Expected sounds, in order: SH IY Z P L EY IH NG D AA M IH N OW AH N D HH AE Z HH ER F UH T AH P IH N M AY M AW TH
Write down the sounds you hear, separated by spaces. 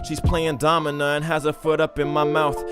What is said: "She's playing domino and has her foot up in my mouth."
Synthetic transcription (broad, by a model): SH IY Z P L EY IH NG D AA M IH N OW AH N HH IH Z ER F UH T AH P IH N M AY M AW TH